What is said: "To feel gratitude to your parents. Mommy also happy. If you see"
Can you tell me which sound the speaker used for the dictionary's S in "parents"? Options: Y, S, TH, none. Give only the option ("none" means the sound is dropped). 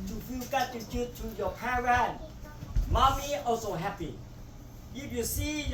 none